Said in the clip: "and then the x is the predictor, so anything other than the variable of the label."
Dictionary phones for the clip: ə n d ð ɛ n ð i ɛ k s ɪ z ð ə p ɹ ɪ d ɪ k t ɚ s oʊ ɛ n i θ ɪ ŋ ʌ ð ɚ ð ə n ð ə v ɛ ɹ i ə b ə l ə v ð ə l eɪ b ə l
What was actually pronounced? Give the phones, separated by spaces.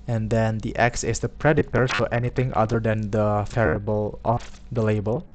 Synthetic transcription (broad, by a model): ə n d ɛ n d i ɛ k s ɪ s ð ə p ɹ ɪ d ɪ t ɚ s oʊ ɛ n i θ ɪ ŋ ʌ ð ɚ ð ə n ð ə f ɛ ɹ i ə b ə l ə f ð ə l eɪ b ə l